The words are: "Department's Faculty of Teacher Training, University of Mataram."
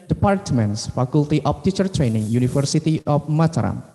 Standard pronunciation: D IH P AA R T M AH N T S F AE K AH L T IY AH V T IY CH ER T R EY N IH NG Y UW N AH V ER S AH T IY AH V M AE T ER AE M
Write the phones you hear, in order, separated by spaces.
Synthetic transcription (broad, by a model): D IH P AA R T M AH N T S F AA K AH L T IY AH F T IY CH ER T R EY N IH NG Y UW N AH F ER S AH T IY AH F M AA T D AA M